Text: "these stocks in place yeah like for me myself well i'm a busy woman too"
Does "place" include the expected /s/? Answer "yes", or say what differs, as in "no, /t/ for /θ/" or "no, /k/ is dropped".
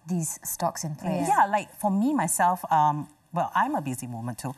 no, /s/ is dropped